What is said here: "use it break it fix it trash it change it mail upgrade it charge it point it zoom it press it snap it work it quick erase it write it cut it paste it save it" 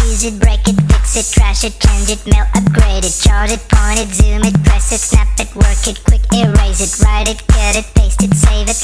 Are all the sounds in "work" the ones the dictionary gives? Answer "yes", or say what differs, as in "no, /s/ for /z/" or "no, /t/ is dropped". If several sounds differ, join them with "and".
yes